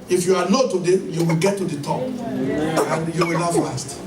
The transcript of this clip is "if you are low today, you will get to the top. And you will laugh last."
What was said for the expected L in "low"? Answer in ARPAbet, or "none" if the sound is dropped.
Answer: N